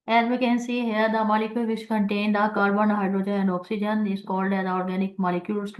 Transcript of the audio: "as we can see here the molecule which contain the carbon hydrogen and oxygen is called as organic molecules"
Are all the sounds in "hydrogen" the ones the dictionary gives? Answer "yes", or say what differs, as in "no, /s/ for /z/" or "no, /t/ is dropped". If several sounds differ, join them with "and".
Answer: no, /n/ is dropped